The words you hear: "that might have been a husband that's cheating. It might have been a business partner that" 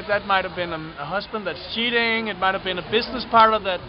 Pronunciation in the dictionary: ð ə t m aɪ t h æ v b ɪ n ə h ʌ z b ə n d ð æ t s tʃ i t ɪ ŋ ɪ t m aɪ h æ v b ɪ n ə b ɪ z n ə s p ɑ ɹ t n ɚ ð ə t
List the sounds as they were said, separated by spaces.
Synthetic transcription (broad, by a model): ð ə t m aɪ t h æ v b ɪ n ə h ʌ z b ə n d ð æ t s tʃ i t ɪ ŋ ɪ t m aɪ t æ v b ɪ n ə b ɪ z n ə s p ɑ ɹ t ɚ ð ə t